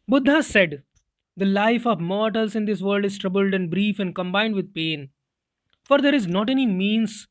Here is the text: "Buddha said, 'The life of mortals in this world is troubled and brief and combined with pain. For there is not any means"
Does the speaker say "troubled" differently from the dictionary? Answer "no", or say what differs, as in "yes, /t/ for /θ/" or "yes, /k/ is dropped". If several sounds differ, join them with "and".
no